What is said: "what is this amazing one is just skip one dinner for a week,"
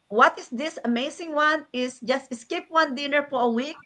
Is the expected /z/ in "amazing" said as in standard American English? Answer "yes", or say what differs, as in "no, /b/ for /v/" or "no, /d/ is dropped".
no, /s/ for /z/